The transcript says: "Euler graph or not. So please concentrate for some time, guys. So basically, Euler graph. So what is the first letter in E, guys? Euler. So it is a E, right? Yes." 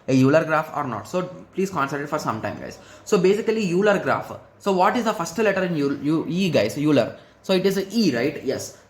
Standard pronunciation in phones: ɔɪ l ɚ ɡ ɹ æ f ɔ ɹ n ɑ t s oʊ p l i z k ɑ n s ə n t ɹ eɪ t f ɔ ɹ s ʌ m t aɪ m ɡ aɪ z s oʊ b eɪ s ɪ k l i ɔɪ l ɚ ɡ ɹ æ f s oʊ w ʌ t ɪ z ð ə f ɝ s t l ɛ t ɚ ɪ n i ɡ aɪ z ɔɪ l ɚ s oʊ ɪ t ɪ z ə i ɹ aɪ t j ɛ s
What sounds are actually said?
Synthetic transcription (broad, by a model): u l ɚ ɡ ɹ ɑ f ɔ ɹ n ɑ t s oʊ p l i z k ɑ n s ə t ɪ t f ɔ ɹ s ʌ m t aɪ m ɡ aɪ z s oʊ b eɪ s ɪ k l i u l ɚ ɡ ɹ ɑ f s oʊ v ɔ t ɪ z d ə f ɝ s t l ɛ t ɚ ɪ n i ɡ aɪ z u l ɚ s oʊ ɪ t ɪ z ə i ɹ aɪ t j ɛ s